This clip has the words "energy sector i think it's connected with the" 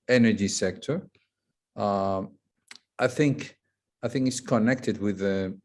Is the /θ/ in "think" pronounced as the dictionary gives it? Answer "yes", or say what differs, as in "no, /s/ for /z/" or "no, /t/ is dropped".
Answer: yes